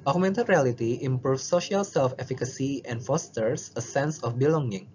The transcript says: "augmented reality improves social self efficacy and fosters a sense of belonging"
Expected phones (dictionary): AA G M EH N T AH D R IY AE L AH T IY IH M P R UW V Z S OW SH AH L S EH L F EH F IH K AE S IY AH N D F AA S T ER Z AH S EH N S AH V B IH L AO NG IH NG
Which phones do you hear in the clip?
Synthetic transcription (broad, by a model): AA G M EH N T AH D R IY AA L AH T IY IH M P R UW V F S OW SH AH L S EH L F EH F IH K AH S IY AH N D F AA S T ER S AH S EH N S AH F B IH L AO NG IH NG